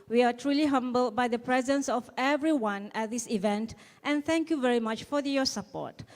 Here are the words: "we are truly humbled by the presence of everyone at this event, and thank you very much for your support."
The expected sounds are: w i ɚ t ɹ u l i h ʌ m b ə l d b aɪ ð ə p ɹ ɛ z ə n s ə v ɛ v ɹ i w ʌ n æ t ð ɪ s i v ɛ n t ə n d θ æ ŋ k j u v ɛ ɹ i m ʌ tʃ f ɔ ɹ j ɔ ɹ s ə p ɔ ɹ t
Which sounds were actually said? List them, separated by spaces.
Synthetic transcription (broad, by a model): w i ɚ t ɹ u l i h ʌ m b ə l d b aɪ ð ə p ɹ ɛ z ə n s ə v ɛ v ɹ i w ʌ n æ t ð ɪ s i v ɛ n t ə n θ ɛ ŋ k j u v ɛ ɹ i m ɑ tʃ f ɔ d j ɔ s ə p ɔ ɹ t